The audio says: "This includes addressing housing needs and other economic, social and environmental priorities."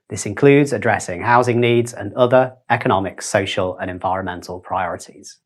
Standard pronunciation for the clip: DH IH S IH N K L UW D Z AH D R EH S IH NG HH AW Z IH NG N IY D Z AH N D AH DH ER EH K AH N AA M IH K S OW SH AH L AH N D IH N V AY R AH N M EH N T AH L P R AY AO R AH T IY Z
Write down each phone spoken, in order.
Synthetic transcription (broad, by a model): DH IH S IH N K L UW D Z AH D R EH S IH NG HH AW Z IH NG N IY D Z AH N AH DH ER EH K AH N AA M IH K S OW SH AH L AH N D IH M V AY R AH N M EH N T AH L P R AY AO R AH T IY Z